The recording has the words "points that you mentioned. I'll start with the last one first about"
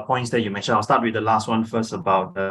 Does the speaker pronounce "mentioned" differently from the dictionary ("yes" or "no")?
yes